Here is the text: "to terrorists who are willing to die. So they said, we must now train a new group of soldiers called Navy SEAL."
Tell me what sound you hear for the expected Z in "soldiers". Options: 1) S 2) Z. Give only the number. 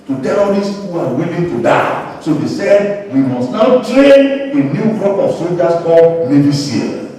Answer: 1